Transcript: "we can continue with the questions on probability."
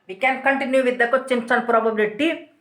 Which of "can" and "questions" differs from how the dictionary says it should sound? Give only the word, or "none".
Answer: questions